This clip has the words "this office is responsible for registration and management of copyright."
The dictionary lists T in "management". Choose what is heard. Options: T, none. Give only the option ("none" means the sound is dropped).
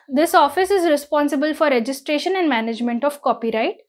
T